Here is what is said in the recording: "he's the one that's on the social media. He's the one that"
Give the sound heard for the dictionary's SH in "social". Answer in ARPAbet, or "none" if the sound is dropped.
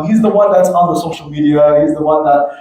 SH